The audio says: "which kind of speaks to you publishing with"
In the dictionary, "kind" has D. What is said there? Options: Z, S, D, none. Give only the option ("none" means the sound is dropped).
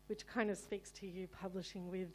D